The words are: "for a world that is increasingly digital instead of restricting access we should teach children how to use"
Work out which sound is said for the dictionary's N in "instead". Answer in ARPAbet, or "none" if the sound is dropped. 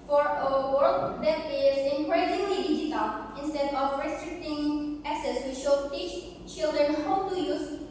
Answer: N